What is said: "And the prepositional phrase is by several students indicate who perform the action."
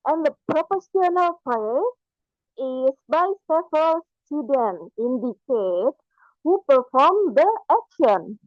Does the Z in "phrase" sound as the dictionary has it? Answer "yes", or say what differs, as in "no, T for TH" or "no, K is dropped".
no, Z is dropped